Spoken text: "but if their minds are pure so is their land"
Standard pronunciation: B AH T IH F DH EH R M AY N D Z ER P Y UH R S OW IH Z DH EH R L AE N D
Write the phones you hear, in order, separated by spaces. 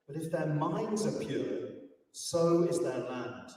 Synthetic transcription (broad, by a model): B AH T IH F DH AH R M AY N D Z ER P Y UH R S OW IH Z DH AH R L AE N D